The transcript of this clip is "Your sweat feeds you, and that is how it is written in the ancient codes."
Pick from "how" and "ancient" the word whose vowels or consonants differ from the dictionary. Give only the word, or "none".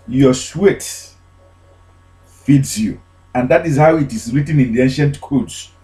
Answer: none